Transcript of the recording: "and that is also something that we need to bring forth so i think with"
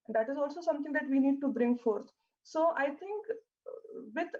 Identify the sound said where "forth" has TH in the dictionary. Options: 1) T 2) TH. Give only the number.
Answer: 1